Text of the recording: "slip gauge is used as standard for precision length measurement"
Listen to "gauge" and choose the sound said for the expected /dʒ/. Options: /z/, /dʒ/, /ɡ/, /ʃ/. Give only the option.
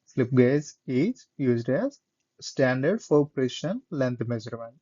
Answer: /z/